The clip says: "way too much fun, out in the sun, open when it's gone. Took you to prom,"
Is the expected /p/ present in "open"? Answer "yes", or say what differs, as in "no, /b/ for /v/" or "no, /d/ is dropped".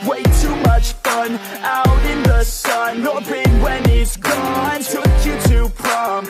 no, /b/ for /p/